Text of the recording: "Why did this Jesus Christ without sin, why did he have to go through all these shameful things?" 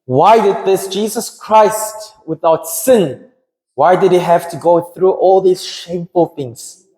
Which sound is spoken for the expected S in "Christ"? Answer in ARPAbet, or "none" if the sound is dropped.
S